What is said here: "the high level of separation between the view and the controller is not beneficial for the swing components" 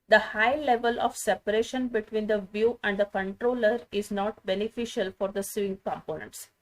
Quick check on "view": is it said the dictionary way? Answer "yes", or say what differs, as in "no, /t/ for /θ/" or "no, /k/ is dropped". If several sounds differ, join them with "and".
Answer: yes